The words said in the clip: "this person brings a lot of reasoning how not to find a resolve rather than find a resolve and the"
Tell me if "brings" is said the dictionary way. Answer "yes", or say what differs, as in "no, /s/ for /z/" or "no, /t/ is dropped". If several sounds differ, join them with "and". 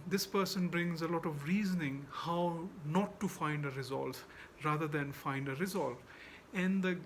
yes